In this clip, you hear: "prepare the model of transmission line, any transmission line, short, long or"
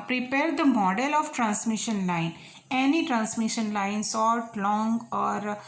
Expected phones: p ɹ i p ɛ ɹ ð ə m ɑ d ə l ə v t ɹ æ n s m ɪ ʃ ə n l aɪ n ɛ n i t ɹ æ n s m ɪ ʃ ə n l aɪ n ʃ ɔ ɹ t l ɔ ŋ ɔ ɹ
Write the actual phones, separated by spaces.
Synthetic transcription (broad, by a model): p ɹ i p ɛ ɹ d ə m ɑ d ə l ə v t ɹ æ n s m ɪ ʃ ə n l aɪ n ɛ n i t ɹ æ n s m ɪ ʃ ə n l aɪ n s ɔ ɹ t l ɔ ŋ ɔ ɹ